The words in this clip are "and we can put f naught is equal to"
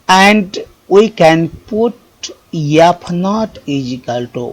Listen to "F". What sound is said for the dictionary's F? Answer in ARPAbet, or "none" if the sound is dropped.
P